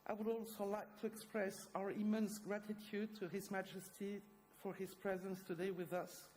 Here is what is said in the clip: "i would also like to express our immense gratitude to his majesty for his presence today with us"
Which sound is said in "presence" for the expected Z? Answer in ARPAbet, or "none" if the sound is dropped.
Z